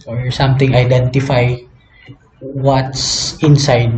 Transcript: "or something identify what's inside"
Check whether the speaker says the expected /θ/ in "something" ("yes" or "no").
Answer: no